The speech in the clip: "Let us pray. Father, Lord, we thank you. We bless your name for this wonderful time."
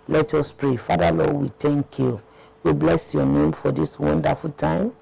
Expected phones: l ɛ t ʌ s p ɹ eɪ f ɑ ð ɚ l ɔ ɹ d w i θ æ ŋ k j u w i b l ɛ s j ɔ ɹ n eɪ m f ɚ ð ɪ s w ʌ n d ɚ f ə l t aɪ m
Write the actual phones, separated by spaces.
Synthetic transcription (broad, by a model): l ɛ t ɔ s p ɹ eɪ f ɑ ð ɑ l ɔ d w i t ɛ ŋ k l w i b l ɛ s j ɔ n eɪ m f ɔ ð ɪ s w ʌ n d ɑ f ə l t aɪ m